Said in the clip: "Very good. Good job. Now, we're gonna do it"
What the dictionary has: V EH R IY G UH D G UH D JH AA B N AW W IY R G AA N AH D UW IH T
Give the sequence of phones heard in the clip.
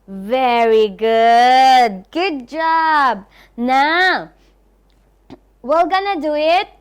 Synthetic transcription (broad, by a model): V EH R IY G UH D G UH D JH AA B N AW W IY L G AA N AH D UW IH T